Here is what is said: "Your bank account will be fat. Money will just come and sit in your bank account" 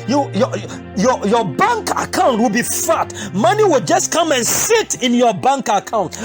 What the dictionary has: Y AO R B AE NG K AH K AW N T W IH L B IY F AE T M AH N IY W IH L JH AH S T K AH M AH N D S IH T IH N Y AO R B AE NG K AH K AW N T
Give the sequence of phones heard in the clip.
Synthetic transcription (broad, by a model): Y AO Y B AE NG K AH K AW N T W IH L B IY F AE T M AH N IY W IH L JH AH S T K AH M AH N S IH T IH N Y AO B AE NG K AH K AW N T